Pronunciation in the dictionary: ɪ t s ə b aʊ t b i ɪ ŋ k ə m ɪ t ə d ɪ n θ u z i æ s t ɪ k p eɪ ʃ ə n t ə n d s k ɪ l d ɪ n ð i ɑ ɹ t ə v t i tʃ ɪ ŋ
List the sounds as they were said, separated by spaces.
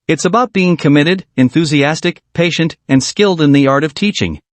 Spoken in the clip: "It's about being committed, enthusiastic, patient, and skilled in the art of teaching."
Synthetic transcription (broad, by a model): ɪ t s ə b aʊ t b i ɪ ŋ k ə m ɪ t ə d ɪ n θ u z i æ s t ɪ k p eɪ ʃ ə n t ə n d s k ɪ l d ɪ n ð i ɑ ɹ t ə v t i tʃ ɪ ŋ